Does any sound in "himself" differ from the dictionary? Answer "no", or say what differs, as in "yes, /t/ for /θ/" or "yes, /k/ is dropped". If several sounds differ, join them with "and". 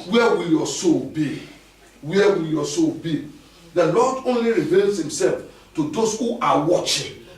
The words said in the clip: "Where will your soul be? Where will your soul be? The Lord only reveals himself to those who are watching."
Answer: no